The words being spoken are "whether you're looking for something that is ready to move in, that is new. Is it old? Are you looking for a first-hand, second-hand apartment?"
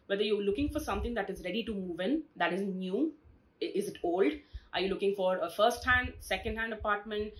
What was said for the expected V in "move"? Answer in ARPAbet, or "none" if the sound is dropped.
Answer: V